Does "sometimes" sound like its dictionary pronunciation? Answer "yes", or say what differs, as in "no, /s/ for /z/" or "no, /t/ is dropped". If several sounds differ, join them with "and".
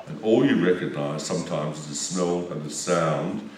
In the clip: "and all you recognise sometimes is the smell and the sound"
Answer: yes